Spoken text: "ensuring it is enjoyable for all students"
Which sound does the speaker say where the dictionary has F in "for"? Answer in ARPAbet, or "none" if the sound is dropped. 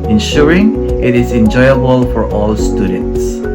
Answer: F